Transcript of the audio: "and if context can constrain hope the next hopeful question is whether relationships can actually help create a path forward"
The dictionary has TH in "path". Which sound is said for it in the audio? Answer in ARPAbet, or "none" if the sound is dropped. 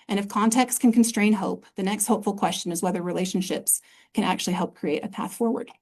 TH